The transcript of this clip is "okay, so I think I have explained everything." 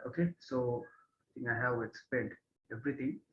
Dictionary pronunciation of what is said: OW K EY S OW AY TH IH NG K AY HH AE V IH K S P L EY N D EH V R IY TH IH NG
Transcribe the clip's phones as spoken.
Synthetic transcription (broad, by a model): OW K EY S OW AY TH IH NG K AY HH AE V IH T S P EY N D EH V R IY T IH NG